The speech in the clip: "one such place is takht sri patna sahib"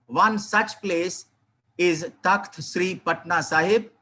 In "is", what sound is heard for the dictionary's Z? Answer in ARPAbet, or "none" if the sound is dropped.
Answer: Z